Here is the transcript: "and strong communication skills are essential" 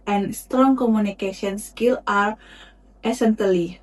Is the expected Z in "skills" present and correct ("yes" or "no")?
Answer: no